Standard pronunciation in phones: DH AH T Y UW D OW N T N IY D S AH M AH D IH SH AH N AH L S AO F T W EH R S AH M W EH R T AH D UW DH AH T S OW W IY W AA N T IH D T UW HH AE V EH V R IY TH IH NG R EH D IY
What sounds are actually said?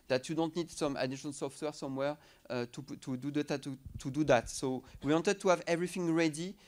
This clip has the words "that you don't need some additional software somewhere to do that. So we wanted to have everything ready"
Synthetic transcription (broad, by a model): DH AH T Y UW D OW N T N IY D S AH M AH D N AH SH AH N S AO F T W EH R S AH M W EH R T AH D UW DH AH T S OW W IY W AA N T IH D T UW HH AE V EH V R IY TH IH NG R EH D IY